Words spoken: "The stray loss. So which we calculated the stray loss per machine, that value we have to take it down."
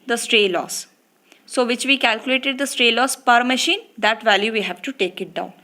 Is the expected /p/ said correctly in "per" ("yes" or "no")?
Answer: yes